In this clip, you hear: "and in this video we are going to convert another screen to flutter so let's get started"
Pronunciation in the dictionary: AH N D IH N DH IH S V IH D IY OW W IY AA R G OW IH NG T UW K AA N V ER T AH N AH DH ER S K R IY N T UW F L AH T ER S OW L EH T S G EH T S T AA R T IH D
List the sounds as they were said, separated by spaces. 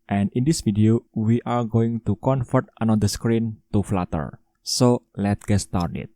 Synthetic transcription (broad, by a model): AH N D IH N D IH S F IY D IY OW W IY AA R G OW IH NG T UW K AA N F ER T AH N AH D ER S K R IY N T UW F L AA T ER S OW L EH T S G EH T S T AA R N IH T